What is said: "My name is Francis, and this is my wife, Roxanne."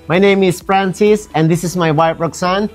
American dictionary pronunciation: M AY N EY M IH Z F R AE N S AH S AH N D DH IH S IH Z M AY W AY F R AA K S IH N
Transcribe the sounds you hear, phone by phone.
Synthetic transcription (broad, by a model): M AY N EY M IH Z F R AE N S AH S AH N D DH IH S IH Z M AY W AY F R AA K S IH N